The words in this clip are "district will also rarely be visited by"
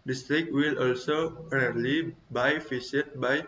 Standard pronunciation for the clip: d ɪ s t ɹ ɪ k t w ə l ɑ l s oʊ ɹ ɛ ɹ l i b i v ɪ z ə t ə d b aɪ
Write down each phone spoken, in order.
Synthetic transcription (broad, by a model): d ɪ s t ɹ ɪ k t w ə l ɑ l s oʊ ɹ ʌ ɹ l i b i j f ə s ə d b aɪ